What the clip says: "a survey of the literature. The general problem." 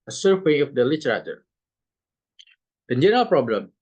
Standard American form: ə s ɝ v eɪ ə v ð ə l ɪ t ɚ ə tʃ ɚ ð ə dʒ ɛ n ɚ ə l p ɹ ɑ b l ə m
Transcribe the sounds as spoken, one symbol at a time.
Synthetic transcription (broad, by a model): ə s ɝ w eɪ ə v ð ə l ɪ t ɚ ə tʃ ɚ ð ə dʒ ɛ n ɚ ə l p ɹ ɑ b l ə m